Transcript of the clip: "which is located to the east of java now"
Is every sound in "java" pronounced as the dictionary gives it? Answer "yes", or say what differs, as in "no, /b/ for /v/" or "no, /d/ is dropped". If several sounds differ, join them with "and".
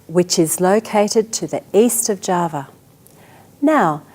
yes